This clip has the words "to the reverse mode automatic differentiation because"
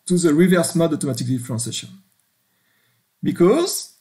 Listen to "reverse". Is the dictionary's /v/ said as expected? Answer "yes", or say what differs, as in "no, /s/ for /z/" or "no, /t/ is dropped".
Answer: yes